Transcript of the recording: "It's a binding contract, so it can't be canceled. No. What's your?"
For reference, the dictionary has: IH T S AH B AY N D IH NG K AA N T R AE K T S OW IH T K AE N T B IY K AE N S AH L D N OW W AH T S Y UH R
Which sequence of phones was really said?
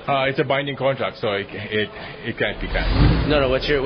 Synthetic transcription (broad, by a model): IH T S AH B AY N D IH NG K AA N T R AE K T S OW IH T K AE N T B IY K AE N AH N OW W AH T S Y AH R